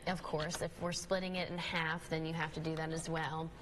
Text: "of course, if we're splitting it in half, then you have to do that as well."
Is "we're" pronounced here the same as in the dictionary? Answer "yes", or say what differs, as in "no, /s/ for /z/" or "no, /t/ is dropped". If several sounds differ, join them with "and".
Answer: yes